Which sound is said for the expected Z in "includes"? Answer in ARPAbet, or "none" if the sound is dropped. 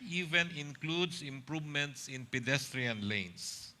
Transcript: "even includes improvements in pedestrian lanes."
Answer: S